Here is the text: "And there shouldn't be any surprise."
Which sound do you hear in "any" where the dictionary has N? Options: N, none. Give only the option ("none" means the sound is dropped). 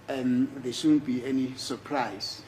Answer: N